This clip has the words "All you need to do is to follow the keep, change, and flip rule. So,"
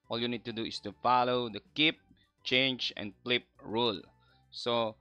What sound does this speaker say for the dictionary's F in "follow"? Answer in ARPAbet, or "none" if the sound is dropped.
F